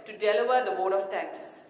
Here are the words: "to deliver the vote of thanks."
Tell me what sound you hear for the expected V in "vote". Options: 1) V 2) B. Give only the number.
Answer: 2